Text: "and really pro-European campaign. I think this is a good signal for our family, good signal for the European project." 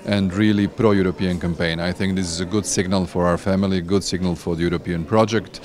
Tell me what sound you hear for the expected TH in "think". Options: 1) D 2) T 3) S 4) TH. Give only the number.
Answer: 4